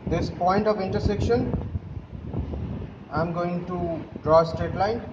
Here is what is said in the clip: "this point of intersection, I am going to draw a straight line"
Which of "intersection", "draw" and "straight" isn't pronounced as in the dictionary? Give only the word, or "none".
none